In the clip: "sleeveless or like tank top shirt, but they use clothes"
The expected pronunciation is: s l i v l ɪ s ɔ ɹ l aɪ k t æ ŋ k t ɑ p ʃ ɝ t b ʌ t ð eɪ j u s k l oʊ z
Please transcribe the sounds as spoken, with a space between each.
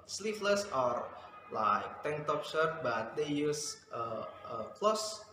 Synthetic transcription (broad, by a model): s l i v l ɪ s ɔ ɹ l aɪ k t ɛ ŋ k t ɑ p s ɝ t b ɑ t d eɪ j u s k l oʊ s